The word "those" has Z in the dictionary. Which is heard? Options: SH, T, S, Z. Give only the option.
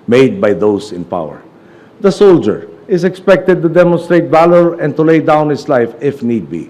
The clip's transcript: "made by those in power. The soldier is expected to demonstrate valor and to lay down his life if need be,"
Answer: S